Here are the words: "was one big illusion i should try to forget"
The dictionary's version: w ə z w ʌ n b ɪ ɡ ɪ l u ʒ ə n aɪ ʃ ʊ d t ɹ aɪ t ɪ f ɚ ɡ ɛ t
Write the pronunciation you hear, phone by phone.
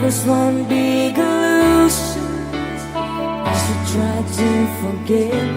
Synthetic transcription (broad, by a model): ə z w ʌ n b ɪ ɡ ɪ l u ʃ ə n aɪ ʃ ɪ t ɹ aɪ t ɪ f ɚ ɡ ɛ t